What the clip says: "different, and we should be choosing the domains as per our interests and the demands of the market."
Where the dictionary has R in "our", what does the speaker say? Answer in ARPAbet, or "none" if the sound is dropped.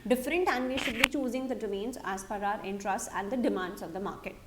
R